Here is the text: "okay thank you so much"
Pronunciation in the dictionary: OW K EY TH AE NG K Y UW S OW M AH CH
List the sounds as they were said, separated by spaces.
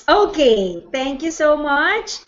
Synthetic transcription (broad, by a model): OW K EY T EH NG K Y UW S OW M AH CH